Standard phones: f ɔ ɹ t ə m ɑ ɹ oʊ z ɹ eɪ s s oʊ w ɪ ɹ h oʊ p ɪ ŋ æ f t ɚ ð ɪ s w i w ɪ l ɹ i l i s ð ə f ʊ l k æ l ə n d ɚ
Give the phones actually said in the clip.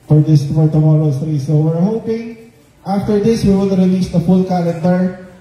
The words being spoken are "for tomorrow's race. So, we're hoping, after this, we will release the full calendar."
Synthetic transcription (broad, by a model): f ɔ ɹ t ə m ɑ ɹ oʊ s ɹ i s s oʊ w ɪ ɹ h oʊ p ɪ ŋ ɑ f t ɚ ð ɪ s w i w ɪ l ɹ i l i s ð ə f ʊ l k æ l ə n d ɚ